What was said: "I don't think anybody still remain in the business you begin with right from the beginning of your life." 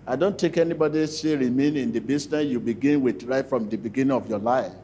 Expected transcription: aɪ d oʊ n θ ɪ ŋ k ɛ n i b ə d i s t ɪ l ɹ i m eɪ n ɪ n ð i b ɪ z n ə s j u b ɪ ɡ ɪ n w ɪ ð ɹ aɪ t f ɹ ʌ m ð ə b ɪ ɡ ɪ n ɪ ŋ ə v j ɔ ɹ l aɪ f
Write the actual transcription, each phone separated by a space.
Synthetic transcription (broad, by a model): aɪ d oʊ n t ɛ k ɛ n i b ə d i s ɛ ɹ i m eɪ n ɪ n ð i b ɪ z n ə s j u b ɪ ɡ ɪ n w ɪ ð ɹ aɪ t f ɹ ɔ m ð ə b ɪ ɡ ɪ n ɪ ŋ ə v j ɔ l aɪ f